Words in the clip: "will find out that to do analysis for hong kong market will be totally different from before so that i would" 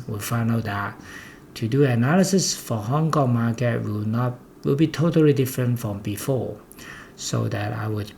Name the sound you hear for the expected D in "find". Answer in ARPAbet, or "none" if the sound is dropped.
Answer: none